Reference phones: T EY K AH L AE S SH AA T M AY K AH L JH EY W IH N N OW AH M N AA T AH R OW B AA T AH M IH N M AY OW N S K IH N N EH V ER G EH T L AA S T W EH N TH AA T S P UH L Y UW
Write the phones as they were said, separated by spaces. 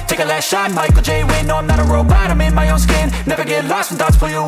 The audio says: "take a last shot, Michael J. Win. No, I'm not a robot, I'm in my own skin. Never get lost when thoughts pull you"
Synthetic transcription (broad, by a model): T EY K AH L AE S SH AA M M AY K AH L JH EY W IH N N OW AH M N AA T AH R OW B AA T AH M IH N M AY OW N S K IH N N EH V ER G EH T L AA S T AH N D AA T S F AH Y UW